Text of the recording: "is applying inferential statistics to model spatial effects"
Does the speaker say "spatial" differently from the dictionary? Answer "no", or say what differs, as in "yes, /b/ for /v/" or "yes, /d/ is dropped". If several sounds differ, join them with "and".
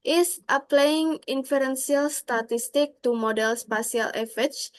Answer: yes, /s/ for /ʃ/